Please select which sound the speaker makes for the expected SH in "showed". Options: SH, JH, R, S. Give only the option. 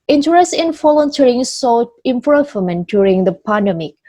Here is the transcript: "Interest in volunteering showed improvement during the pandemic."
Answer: S